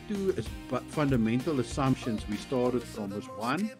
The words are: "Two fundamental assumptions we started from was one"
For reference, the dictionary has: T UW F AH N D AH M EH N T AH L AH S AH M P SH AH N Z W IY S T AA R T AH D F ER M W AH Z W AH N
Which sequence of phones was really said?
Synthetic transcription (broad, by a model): T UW F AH N D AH M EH N T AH L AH S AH M P SH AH N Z W IY S T AA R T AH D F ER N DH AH S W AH N